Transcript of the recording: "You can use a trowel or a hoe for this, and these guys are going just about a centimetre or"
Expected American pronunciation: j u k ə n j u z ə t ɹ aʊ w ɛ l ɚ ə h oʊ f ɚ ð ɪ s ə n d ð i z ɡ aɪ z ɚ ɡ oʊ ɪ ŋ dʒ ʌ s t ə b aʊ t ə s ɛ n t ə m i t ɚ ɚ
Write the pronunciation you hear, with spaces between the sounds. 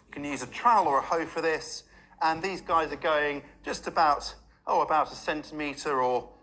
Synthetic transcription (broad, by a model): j k ə n j u z ə t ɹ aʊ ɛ l ɚ ə h oʊ f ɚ ð ɪ s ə n ð i z ɡ aɪ z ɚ ɡ oʊ ɪ ŋ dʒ ʌ s t ə b aʊ t ə s ɛ n t ə m i t ɚ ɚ